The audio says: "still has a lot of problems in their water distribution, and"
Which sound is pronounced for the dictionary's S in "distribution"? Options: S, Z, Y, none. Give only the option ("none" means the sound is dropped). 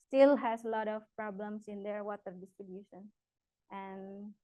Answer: S